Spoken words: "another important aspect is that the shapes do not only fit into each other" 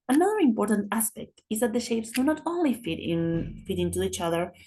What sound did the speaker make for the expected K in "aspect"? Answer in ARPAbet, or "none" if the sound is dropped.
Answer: K